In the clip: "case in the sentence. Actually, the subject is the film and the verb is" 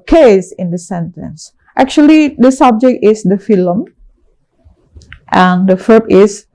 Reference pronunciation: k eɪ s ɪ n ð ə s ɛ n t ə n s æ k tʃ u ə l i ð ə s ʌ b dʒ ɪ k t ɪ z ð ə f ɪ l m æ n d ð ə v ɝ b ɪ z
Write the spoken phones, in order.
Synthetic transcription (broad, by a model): k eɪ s ɪ n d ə s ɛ n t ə n s æ k tʃ u ə l i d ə s ʌ b dʒ ɪ k t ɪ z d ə f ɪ l m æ n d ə f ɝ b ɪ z